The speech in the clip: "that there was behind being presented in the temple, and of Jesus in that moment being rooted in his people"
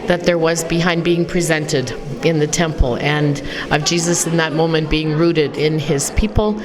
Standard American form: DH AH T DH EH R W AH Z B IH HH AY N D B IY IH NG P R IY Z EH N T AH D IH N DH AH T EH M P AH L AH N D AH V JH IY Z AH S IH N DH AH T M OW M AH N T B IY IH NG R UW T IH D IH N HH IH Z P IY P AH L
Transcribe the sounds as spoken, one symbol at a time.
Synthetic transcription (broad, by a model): DH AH T DH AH R W AH Z B IH HH AY N D B IY IH NG P R IY Z EH N T AH D IH N DH AH T EH M P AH L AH N AH V JH IY Z AH S IH N DH AH T M OW M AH N B IY IH NG R UW T IH D IH N IH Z P IY P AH L